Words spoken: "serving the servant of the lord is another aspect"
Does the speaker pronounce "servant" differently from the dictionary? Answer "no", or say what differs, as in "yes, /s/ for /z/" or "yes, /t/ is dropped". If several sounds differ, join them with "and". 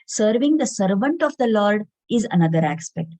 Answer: no